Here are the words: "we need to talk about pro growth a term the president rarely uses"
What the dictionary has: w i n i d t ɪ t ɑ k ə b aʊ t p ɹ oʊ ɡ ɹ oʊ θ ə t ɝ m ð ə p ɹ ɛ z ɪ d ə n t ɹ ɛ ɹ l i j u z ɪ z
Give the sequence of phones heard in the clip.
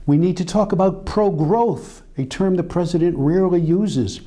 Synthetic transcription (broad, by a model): w i n i d t ɪ t ɑ k ə b aʊ t p ɹ oʊ ɡ ɹ oʊ θ ə t ɝ m ð ə p ɹ ɛ z ɪ d ə n t ɹ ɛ ɹ l i j u z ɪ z